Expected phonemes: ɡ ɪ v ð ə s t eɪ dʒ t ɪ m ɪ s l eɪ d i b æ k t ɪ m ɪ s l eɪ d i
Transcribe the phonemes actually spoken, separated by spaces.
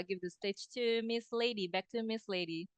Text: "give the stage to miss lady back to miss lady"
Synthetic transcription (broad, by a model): ɡ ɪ v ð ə s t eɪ tʃ t ɪ m ɪ s l eɪ d i b æ k t ɪ m ɪ s l eɪ d i